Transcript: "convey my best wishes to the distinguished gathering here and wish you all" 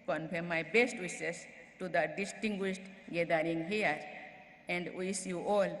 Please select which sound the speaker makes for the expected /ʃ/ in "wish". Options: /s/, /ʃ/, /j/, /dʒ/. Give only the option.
/s/